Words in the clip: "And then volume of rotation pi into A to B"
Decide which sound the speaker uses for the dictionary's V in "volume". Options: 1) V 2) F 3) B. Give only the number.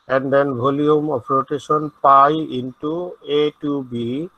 3